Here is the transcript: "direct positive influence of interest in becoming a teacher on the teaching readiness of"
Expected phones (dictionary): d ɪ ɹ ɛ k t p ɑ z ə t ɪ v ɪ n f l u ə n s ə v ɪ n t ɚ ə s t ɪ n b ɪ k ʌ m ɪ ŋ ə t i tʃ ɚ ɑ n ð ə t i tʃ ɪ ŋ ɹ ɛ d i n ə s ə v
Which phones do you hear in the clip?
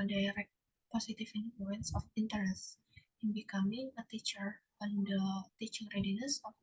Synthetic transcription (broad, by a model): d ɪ ɹ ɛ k p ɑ s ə t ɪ f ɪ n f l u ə n s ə f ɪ n t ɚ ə s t ɪ n b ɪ k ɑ m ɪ ŋ ə t i tʃ ɚ ɑ n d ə t i tʃ ɪ ŋ ɹ ɛ d i n ə s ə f